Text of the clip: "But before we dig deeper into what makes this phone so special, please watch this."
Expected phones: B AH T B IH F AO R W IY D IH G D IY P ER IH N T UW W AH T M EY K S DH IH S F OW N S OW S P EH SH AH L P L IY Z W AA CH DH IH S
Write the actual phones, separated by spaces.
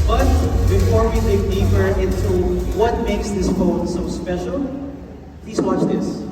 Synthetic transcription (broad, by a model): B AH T B IH F AO R W IY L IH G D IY F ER IH N T UW W AH T M EY K S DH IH S F OW N S OW S P EH SH AH L P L IY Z W AA CH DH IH S